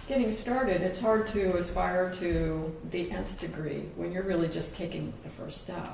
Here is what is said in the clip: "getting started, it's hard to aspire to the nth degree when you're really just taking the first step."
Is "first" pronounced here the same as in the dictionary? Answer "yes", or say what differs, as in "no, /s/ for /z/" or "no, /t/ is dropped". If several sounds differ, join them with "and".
yes